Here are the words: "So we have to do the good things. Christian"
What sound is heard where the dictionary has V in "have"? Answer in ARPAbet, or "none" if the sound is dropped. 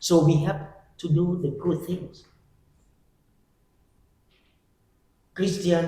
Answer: P